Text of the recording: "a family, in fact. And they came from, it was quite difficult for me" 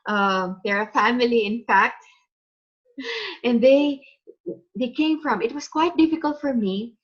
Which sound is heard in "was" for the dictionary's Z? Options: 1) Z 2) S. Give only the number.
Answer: 2